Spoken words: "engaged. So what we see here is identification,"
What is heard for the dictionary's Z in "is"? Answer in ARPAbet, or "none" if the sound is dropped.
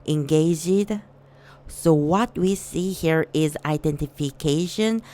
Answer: Z